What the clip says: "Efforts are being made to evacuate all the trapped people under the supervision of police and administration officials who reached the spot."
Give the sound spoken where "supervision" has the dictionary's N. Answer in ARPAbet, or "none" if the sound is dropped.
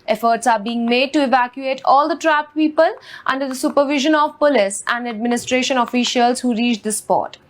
N